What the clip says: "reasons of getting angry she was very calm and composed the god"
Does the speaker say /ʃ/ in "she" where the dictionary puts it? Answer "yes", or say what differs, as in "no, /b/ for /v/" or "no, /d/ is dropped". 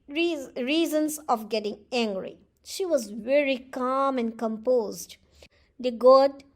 yes